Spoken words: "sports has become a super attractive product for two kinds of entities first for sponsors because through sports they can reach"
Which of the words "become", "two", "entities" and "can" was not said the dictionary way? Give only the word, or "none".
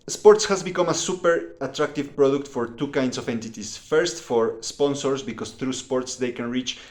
entities